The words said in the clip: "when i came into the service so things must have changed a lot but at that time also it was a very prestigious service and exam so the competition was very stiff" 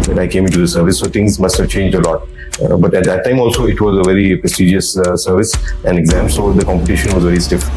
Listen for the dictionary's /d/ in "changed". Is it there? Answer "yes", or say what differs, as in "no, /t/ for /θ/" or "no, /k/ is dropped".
yes